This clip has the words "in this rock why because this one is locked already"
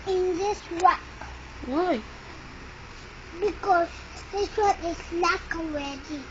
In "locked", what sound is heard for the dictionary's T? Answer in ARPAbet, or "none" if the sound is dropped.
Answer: none